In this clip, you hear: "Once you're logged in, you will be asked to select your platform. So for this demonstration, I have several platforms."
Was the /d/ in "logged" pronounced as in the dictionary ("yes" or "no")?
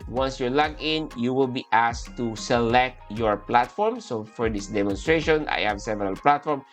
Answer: no